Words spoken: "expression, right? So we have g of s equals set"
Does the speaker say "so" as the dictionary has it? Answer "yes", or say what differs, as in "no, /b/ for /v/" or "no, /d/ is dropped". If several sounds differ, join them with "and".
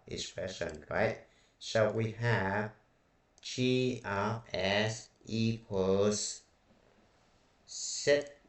no, /ʃ/ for /s/